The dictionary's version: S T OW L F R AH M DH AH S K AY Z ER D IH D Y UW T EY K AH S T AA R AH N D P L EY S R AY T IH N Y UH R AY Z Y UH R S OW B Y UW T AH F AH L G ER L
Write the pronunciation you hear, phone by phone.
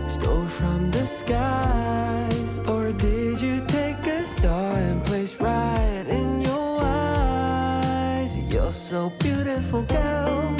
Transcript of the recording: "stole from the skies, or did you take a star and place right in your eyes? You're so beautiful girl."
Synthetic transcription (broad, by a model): S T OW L F R AH M DH AH S K AY Z ER D IH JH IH T EY K AH S T AA R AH N P L EY S R AY T IH N Y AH R AY Z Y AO S OW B Y UW T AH F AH L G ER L